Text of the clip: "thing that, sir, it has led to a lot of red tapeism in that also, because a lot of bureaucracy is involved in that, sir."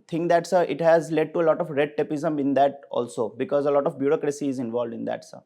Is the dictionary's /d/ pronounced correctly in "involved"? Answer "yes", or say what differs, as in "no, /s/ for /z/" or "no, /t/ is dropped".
yes